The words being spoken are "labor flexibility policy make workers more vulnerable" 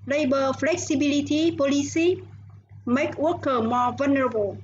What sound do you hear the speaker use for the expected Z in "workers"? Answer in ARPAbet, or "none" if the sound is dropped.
none